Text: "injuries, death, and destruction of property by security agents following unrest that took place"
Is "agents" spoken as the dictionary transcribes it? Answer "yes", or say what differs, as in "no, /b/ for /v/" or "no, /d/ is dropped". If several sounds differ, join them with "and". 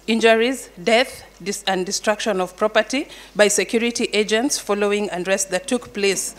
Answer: yes